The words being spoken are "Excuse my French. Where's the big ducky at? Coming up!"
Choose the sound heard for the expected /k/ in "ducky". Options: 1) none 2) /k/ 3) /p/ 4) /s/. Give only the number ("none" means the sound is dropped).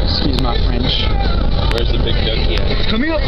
1